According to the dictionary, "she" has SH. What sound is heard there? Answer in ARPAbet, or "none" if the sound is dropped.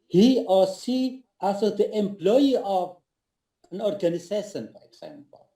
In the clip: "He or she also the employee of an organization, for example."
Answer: S